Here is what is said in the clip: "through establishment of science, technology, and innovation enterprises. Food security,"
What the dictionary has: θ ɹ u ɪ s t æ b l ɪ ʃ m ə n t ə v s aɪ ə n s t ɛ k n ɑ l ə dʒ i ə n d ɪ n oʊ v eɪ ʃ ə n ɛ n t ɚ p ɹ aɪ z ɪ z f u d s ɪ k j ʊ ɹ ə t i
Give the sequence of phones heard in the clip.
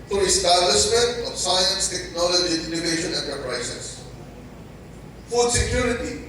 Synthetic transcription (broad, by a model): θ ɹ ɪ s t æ l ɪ s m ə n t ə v s aɪ ə n s t ɛ k n ɑ l ə dʒ i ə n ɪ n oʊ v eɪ ʃ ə n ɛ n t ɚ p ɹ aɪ s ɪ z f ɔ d s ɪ k j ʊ ɹ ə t i